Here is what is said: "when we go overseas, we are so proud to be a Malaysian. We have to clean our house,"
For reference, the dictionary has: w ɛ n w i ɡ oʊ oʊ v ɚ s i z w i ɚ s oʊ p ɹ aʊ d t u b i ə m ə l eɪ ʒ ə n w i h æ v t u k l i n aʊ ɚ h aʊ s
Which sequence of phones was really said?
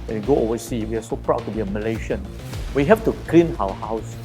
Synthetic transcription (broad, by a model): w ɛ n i ɡ oʊ oʊ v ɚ s i w i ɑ s oʊ p ɹ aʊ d t u b i ə m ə l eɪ ʃ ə n w i h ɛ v t u k l i n aʊ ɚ h aʊ s